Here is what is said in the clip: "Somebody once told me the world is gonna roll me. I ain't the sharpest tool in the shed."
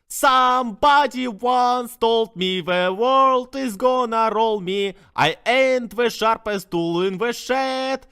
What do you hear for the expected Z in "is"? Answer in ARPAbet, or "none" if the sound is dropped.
Z